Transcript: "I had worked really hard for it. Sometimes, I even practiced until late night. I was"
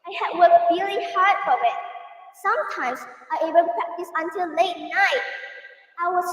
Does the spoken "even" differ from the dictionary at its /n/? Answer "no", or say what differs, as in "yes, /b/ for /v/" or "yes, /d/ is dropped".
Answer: yes, /l/ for /n/